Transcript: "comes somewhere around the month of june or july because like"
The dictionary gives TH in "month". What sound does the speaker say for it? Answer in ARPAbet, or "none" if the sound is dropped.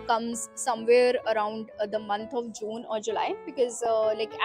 T